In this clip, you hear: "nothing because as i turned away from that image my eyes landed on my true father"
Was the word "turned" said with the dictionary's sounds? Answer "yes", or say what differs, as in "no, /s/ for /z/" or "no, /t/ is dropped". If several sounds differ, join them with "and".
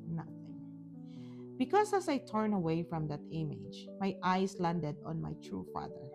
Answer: no, /d/ is dropped